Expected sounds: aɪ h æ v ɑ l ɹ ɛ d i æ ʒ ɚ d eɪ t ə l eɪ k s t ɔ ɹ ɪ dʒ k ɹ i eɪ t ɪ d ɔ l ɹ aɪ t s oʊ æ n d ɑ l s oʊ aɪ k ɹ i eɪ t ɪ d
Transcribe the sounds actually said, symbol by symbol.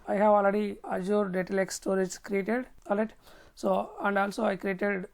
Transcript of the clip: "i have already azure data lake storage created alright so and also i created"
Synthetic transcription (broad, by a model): aɪ h æ v ɑ l ɹ ɛ d i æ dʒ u d eɪ t ə l eɪ k s t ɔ ɹ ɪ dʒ k ɹ i eɪ t ɪ d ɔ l ɛ t s oʊ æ n d ɑ l s oʊ aɪ k ɹ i eɪ t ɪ d